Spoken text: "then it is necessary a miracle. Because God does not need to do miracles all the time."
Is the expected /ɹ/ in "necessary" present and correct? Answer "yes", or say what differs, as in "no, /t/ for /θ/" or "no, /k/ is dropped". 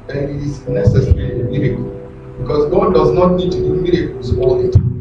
no, /l/ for /ɹ/